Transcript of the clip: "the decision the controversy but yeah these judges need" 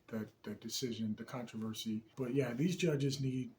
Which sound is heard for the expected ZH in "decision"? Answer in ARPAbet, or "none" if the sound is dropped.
ZH